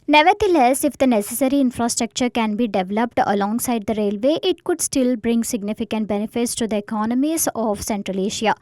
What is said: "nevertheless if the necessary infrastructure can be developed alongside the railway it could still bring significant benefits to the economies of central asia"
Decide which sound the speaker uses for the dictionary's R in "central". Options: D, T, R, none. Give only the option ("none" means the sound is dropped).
R